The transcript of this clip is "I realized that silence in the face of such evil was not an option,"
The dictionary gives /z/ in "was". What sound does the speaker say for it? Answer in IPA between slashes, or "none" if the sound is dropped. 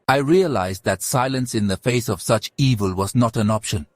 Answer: /z/